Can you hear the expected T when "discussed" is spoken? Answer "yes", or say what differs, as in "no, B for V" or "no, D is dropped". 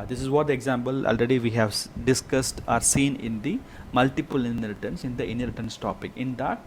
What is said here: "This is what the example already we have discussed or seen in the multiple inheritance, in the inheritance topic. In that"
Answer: yes